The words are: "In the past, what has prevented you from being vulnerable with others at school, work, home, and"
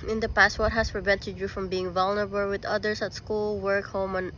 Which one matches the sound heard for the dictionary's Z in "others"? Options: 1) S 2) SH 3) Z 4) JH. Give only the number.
1